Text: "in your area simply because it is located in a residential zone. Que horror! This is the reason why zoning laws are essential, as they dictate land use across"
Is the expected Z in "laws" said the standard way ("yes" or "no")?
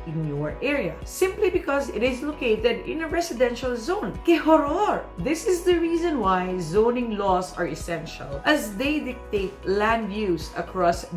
no